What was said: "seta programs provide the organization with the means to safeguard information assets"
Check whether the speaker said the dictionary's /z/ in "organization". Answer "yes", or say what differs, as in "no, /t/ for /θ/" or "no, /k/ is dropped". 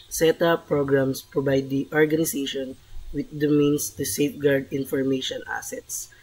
no, /s/ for /z/